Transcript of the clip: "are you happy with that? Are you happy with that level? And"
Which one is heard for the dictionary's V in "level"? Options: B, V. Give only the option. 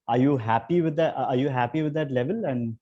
V